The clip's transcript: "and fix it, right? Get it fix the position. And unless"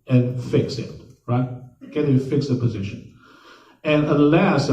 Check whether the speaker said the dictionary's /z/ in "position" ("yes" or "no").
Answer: yes